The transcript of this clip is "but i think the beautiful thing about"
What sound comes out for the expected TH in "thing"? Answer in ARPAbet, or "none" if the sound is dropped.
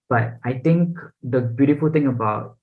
T